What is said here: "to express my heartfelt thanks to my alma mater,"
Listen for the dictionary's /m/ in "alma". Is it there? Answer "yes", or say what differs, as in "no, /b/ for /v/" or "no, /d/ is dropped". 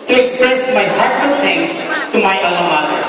no, /m/ is dropped